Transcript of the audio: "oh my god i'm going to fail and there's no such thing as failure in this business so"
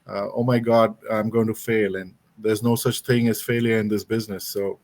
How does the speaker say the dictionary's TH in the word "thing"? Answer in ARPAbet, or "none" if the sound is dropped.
T